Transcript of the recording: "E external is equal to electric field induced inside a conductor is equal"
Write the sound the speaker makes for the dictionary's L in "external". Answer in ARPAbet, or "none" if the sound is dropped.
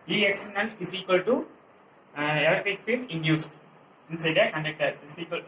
N